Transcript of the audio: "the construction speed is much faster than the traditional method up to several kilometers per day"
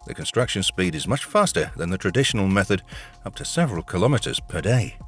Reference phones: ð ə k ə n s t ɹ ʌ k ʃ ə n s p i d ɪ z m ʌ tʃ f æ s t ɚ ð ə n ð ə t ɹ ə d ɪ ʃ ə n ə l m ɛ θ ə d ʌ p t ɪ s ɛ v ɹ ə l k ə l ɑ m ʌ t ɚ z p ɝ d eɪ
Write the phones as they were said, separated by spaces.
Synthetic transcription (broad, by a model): ð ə k ə n s t ɹ ʌ k ʃ ə n s p i d ɪ z m ʌ tʃ f æ s t ɚ ð ə n ð ə t ɹ ə d ɪ ʃ ə n ə l m ɛ θ ə d ʌ p t ɪ s ɛ v ɹ ə l k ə l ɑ m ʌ t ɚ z p ɝ d eɪ